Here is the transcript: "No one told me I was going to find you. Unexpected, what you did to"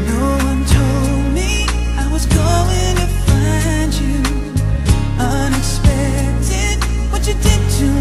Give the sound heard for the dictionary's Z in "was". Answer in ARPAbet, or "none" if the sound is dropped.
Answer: Z